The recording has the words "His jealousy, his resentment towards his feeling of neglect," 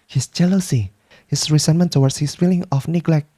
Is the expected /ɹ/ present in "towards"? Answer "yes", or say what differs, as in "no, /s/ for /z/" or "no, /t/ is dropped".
no, /w/ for /ɹ/